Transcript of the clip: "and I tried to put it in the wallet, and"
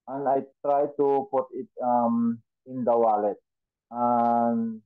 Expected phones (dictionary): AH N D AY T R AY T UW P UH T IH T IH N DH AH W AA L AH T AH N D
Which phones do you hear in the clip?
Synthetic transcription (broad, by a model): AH N AY T R AY T UW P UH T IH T IH N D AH W AA L AH T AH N